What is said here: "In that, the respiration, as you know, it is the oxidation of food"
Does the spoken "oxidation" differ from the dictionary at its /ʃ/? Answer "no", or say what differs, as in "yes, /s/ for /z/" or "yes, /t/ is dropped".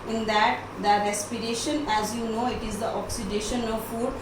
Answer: no